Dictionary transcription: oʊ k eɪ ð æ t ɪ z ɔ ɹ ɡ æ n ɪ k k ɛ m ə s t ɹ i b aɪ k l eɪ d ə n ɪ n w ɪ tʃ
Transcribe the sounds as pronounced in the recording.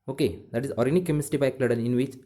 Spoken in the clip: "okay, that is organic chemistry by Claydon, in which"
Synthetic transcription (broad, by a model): oʊ k eɪ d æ t ɪ z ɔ ɹ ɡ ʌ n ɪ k k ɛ m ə s t i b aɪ k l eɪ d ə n ɪ n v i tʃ